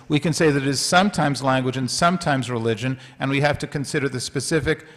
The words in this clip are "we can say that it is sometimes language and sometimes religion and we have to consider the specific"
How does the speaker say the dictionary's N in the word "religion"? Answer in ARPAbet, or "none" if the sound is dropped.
N